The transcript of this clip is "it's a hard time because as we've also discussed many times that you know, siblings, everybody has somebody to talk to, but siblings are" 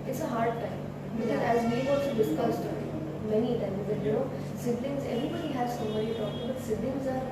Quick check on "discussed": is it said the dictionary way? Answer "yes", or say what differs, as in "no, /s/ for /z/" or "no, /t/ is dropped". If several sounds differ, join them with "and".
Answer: yes